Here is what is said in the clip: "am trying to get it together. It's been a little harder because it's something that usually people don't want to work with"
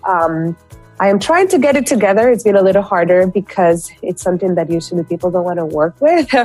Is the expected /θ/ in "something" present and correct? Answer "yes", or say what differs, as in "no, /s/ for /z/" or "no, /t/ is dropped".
yes